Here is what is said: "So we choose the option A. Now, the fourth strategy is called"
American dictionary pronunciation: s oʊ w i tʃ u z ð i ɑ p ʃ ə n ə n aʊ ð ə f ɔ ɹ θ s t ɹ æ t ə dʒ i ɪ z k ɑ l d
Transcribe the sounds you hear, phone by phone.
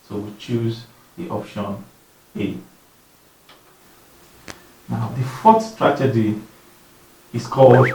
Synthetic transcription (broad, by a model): s oʊ w i tʃ u z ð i ɑ p ʃ ə n ə n aʊ ð ə f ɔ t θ s t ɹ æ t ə dʒ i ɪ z k ɑ l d